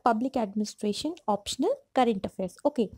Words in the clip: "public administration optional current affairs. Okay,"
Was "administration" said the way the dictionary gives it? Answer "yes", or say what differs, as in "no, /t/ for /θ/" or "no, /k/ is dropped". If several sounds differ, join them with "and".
yes